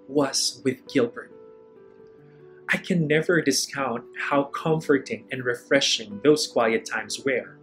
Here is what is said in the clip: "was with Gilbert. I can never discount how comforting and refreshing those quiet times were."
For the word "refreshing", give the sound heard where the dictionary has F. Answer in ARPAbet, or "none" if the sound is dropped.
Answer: F